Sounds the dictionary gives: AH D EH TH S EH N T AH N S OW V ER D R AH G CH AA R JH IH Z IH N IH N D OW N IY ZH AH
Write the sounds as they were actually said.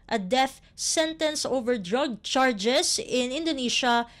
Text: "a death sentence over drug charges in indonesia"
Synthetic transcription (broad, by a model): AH D EH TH S EH N T AH N S OW V ER D R AH G CH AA R JH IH S IH N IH N D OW N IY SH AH